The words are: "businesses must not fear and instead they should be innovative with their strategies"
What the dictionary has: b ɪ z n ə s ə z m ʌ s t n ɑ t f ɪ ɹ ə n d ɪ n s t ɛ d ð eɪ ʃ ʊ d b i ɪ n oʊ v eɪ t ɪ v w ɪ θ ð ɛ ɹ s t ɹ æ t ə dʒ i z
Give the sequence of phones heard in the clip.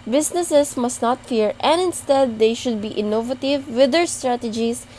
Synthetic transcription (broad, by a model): b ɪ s n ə s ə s m ʌ s t n ɑ t f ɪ ɹ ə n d ɪ n s t ɛ d eɪ ʃ ʊ d b i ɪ n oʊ v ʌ t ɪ v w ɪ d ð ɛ ɹ s t ɹ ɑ t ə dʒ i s